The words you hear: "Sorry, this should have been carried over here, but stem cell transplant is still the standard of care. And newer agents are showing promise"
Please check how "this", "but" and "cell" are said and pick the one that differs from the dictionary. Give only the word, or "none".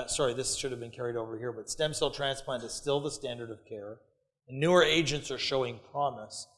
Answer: none